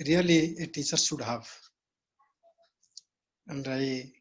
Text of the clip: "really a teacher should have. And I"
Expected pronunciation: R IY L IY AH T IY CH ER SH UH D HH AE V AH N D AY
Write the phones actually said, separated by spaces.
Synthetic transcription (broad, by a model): R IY L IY AH T IY CH ER S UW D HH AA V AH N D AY